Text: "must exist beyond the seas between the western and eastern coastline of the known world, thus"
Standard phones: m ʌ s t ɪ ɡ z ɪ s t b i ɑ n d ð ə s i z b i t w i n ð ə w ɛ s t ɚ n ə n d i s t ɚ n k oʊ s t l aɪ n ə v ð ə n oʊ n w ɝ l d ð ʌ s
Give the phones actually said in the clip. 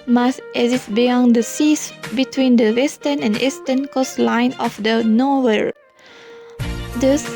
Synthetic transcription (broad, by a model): m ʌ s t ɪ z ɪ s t b i ɑ n d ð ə s i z b i t w i n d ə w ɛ s t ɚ n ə n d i s t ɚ n k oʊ s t l aɪ n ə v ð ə n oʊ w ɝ d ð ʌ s